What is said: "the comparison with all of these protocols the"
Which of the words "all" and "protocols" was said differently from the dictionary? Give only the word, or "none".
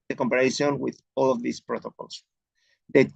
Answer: protocols